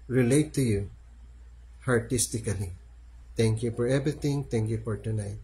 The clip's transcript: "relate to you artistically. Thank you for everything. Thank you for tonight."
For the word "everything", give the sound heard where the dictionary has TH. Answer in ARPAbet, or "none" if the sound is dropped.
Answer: T